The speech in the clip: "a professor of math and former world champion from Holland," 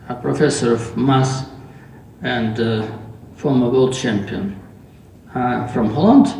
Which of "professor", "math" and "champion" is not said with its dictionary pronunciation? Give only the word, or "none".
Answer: math